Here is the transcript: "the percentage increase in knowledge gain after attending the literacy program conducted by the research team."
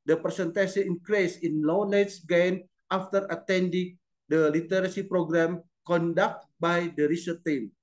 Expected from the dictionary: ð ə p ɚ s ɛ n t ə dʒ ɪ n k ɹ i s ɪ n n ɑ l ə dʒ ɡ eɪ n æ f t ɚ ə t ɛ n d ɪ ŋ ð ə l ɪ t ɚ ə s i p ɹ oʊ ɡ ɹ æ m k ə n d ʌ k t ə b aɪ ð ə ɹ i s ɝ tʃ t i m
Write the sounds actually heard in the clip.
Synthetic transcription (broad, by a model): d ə p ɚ s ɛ n t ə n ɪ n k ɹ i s ɪ n l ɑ n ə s ɡ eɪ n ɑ f t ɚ ə t ɛ n d ɪ ŋ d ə l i t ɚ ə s i p ɹ oʊ ɡ ɹ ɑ m k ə n d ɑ k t b aɪ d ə ɹ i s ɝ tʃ t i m